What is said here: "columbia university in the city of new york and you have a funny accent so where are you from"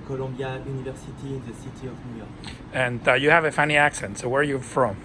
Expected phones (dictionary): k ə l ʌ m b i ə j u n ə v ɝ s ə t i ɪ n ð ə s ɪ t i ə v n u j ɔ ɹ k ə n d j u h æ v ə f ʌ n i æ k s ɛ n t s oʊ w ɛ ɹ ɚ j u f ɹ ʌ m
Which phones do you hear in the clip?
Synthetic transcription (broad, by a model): k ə l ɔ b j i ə n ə v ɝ s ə t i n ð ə s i t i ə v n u j ɔ ɹ k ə n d j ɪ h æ v ə f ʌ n i æ k s ɛ n t s oʊ w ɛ ɹ j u f ɹ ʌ m